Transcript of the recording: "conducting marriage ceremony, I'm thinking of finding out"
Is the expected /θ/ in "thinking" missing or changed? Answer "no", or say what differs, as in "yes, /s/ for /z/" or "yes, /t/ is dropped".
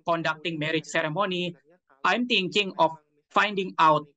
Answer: yes, /t/ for /θ/